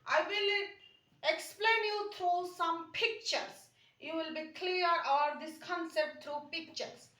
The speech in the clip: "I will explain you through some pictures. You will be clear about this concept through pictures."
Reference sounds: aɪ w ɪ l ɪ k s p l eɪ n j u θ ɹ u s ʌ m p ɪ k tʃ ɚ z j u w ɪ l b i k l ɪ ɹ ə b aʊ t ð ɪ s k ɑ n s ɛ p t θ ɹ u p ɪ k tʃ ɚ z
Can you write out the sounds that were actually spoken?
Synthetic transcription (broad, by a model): aɪ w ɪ l ɪ k s p l eɪ n j u t ɹ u s ʌ m p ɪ k tʃ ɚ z j u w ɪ l b i k l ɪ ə aʊ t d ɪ s k ɑ n s ɛ p t t ɹ u p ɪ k tʃ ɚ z